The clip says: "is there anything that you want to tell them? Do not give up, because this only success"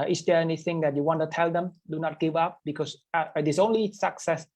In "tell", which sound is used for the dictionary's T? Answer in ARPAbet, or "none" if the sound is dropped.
T